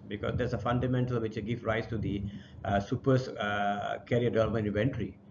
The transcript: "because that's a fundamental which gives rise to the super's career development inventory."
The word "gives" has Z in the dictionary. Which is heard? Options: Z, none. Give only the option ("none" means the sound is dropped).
none